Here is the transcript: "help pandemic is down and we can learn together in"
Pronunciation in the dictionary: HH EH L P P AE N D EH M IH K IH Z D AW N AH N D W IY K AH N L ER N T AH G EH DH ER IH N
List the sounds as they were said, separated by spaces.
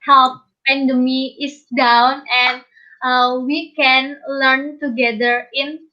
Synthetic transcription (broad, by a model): HH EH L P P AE N D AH M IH IH S D AW N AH N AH W IY K AH N L ER N T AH G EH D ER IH N